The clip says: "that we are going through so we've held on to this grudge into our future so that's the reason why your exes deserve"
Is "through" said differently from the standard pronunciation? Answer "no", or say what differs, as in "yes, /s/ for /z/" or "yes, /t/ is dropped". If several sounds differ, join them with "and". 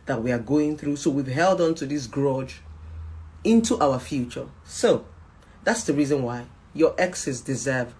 no